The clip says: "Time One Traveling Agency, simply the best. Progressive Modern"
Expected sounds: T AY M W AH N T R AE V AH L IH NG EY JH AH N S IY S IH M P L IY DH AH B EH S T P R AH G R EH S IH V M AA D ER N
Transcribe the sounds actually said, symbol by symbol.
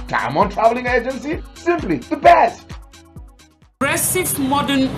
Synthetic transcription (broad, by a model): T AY M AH N T R AE V AH L IH NG EY JH AH N S IY S IH M P L IY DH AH B EH S T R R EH S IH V M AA D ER N